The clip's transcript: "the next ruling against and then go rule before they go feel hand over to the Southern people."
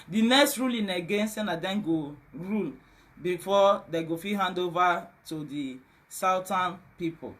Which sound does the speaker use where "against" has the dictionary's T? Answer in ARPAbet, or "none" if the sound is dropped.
none